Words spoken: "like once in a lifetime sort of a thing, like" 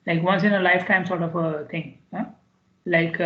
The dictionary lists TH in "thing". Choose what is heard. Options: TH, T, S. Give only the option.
T